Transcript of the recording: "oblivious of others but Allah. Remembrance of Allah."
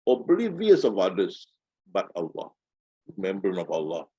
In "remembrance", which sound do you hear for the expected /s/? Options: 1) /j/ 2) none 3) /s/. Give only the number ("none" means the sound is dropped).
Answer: 2